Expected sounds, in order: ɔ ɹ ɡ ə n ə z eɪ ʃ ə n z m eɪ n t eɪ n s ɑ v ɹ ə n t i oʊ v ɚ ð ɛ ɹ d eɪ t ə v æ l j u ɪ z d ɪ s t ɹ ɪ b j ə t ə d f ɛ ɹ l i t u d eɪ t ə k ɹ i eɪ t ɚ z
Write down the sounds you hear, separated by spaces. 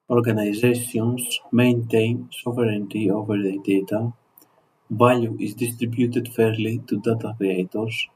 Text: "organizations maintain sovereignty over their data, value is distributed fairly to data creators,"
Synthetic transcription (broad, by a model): ɔ ɹ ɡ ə n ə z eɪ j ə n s m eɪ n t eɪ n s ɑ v ɹ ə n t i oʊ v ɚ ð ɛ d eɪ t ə b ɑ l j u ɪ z d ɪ s t ɹ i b j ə t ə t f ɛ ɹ l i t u d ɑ t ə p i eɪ t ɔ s